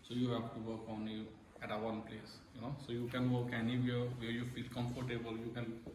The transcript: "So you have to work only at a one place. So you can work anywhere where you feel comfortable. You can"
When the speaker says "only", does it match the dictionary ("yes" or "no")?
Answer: no